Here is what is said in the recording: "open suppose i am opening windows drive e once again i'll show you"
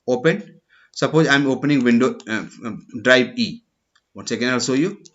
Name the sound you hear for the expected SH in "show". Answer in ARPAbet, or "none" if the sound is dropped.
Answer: S